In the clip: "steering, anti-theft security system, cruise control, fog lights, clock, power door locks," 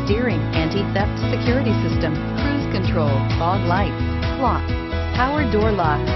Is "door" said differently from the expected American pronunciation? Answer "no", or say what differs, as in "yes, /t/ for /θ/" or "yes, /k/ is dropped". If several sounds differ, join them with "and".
no